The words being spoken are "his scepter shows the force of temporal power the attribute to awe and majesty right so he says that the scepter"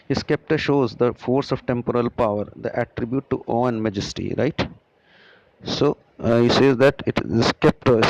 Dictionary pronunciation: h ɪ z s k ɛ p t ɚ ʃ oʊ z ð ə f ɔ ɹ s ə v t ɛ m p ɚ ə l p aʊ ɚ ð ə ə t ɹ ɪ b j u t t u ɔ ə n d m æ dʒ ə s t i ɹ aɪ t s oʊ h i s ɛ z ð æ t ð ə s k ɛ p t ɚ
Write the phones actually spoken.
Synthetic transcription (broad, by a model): h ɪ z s k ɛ p t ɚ ʃ oʊ z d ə f ɔ ɹ s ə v t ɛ m p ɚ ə l p aʊ ɚ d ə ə t ɹ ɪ b j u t t u ɔ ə n m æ dʒ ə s t i ɹ aɪ t s oʊ h i s ɛ z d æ t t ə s k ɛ p t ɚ